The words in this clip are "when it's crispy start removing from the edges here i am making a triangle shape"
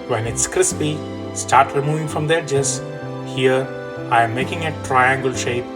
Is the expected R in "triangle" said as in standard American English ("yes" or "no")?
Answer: yes